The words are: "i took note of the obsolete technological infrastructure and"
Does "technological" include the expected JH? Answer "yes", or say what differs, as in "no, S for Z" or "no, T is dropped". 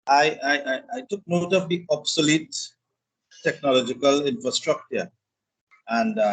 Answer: yes